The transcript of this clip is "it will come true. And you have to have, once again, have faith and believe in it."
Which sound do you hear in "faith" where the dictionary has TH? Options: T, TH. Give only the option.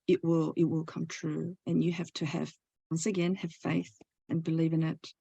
TH